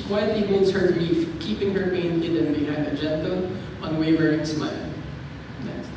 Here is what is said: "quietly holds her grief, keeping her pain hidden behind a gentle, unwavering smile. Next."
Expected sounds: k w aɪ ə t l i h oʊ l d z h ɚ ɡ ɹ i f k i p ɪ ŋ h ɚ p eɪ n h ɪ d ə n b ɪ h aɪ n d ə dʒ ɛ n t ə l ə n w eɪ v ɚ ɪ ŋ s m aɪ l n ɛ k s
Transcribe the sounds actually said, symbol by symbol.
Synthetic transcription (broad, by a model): k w aɪ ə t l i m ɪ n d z h ɚ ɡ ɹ i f k i p ɪ ŋ h ɚ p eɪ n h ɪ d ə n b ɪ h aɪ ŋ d ə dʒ ɛ n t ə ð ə w eɪ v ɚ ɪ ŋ s m aɪ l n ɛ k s